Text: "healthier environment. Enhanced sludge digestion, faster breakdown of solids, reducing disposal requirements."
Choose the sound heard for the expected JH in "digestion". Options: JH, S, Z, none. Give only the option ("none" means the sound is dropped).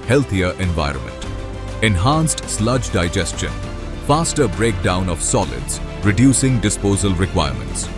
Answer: JH